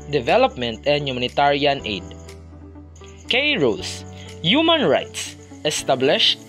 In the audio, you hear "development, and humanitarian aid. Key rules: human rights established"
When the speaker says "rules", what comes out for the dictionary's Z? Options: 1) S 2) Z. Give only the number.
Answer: 1